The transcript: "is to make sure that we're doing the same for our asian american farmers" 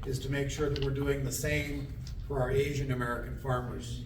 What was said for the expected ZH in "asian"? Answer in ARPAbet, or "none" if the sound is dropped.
ZH